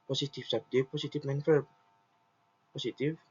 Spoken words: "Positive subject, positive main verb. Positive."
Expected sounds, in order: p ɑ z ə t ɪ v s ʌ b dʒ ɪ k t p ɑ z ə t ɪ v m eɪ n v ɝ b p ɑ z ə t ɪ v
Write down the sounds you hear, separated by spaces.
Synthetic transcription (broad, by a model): p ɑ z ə t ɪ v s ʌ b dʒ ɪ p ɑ s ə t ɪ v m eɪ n f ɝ p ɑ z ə t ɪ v